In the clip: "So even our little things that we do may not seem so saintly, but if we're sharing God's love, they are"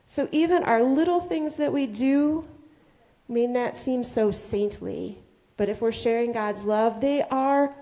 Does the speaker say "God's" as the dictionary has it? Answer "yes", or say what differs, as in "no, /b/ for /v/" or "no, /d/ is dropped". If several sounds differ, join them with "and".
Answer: yes